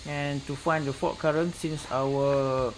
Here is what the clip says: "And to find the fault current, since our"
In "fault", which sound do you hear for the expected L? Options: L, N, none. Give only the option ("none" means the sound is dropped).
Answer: none